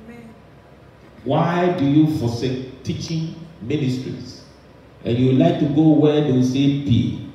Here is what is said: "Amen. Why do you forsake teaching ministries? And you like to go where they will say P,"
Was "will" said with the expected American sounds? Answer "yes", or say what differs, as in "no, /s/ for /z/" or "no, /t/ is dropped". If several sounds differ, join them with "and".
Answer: no, /n/ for /l/